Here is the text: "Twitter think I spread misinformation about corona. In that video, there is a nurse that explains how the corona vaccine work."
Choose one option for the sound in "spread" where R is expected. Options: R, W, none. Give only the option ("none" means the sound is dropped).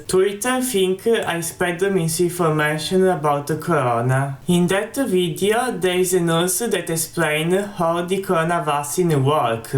none